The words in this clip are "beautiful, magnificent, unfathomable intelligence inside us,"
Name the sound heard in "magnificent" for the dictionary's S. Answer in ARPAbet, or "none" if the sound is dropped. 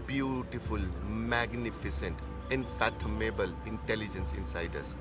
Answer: S